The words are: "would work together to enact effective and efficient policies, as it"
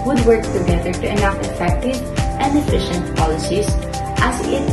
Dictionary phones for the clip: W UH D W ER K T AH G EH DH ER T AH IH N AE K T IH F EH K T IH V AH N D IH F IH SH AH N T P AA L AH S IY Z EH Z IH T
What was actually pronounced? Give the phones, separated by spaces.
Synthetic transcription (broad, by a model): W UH D W ER K T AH G EH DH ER T AH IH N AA T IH F EH K T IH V AH N D IH F IH SH AH N T P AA L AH S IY S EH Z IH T